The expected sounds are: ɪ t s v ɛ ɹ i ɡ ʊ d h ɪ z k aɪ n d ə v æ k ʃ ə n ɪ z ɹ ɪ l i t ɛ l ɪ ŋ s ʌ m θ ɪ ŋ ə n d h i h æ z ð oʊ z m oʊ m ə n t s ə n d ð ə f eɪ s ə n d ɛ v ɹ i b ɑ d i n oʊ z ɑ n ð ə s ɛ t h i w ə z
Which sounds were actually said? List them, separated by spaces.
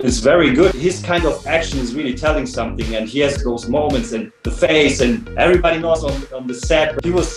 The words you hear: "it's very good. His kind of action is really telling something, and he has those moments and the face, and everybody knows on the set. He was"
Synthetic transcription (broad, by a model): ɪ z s v ɛ ɹ i ɡ ʊ d h ɪ z k aɪ n d ə v æ k ʃ ə n ɪ z ɹ ɪ l i t ɛ l ɪ ŋ s ʌ m θ ɪ ŋ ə n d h i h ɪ z ð oʊ z m oʊ m ə n t s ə n ð ə f eɪ s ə n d ɛ v ɹ i b ɑ d i n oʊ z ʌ n ð ə s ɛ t h i w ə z